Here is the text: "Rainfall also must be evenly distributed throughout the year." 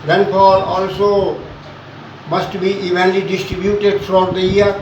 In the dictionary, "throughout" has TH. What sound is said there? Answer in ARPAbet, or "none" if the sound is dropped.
F